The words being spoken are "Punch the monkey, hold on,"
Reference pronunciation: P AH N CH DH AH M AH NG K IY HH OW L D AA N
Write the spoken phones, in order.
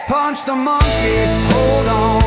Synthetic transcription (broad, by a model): P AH N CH DH AH M AH NG K IY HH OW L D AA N